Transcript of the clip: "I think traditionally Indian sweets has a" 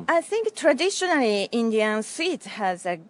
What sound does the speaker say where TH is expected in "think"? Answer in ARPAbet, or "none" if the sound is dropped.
TH